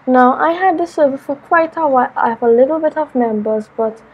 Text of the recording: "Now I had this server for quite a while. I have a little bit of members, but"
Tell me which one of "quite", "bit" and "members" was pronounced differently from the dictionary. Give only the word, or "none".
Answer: none